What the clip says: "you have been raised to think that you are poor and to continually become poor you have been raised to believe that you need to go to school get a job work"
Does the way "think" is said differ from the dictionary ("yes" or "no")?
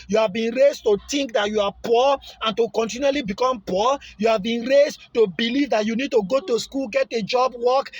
yes